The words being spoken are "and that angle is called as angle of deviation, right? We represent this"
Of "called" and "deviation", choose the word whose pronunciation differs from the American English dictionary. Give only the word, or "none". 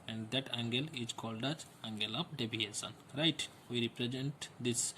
deviation